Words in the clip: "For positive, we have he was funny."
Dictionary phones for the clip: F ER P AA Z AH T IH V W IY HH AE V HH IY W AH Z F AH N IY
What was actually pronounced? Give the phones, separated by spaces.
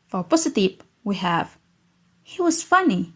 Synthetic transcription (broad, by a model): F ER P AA S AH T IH P W IY HH AE V HH IY W AH Z F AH N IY